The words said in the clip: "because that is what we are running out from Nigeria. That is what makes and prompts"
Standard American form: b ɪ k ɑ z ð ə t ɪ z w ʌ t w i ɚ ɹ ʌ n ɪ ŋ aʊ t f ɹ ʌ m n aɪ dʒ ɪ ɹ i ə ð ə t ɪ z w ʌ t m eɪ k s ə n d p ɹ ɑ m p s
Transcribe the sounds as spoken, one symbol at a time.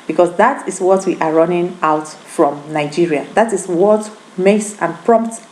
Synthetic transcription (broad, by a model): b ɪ k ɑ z ð ə t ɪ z w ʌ t w i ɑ ɹ ʌ n ɪ ŋ aʊ t f ɹ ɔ m n aɪ dʒ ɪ ɹ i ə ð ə t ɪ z w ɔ t m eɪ s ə n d p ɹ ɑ m p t